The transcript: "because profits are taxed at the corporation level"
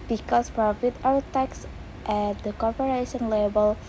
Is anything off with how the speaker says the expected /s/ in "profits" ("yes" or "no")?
yes